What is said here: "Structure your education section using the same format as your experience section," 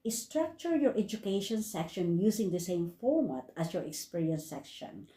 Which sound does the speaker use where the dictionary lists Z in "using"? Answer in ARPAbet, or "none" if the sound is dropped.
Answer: S